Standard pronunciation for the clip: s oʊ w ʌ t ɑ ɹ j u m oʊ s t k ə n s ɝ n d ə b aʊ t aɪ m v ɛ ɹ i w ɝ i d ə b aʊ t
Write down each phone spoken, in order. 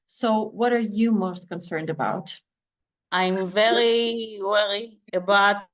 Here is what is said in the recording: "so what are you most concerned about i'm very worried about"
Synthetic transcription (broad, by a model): s oʊ w ʌ t ɑ ɹ j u m oʊ s t k ə n s ɝ n d ə b aʊ t aɪ m v ɛ ɹ i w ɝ i ə b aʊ t